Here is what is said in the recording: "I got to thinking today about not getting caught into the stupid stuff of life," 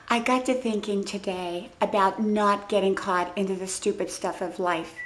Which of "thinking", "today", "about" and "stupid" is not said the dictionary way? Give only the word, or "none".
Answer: none